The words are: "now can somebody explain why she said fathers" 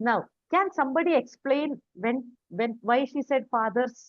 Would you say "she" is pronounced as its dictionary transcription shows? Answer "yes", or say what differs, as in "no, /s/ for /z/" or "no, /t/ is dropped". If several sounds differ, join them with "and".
yes